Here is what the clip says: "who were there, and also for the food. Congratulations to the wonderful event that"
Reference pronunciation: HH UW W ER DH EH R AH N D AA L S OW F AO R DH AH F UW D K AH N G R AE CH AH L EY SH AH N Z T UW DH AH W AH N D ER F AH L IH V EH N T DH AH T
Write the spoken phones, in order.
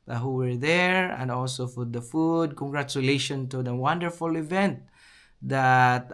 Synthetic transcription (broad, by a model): HH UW W ER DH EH R AH N D AA L S OW F AO R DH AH F UW D K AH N G R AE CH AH L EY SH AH N T UW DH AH W AH N D ER F AH L IH V EH N T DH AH T